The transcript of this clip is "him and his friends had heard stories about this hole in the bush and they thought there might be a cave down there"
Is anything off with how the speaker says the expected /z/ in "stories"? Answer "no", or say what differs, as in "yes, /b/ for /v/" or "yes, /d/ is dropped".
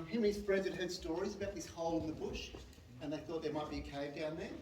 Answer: no